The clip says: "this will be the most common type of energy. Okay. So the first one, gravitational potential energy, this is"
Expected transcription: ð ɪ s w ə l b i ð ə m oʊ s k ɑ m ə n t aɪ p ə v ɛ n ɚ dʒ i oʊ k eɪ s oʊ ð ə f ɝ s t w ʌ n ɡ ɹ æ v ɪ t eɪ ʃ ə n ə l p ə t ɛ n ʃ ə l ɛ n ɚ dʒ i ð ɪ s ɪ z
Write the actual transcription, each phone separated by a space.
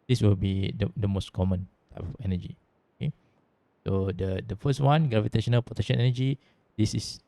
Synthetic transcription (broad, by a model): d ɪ s w ə l b i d ə m oʊ s k ɑ m ə n t aɪ p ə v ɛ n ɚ dʒ i oʊ k eɪ s oʊ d ə f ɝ s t w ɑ n ɡ ɹ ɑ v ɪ t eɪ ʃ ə n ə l p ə t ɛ ʃ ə n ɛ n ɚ dʒ i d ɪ s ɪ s